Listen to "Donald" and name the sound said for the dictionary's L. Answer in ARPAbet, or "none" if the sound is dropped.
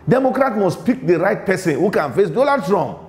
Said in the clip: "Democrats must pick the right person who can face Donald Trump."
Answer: none